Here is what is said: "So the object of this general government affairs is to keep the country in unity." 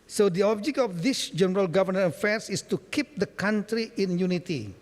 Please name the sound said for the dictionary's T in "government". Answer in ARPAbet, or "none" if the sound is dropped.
none